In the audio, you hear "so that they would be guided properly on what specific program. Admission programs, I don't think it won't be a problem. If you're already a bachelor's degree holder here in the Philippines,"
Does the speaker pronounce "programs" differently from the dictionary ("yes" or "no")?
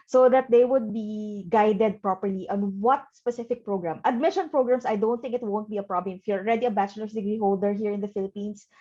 yes